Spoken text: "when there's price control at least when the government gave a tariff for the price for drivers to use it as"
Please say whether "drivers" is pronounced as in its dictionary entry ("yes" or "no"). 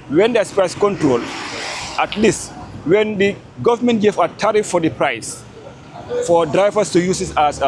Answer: no